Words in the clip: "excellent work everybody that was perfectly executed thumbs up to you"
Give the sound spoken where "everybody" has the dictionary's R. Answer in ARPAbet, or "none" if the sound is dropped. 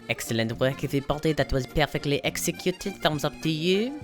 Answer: none